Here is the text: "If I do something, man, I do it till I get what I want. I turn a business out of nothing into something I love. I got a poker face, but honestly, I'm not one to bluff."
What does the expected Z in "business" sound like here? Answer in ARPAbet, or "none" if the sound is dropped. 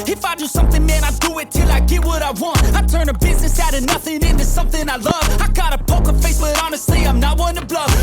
Z